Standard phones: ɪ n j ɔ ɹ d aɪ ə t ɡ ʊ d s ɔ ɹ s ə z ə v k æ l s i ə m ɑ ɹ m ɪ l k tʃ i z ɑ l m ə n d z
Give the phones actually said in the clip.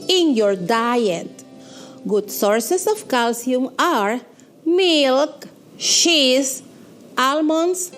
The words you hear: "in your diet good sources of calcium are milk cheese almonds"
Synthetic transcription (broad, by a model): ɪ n j ɔ ɹ d aɪ ə t ɡ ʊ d s ɔ ɹ s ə s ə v k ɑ l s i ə m ɑ ɹ m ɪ l k ʃ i s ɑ l m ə n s